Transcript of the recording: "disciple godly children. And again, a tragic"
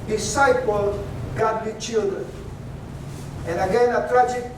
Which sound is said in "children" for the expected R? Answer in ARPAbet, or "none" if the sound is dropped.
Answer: none